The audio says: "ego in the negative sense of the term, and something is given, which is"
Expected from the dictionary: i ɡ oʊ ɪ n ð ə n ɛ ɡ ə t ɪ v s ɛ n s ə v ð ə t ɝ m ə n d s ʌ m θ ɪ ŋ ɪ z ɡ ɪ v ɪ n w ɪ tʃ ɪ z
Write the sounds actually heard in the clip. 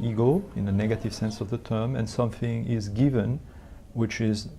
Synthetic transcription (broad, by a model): i ɡ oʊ ɪ n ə n ɛ ɡ ə t ɪ v s ɛ n s ə v ð ə t ɝ m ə n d s ʌ m θ ɪ ŋ ɪ z ɡ ɪ v ɪ n w ɪ tʃ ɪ z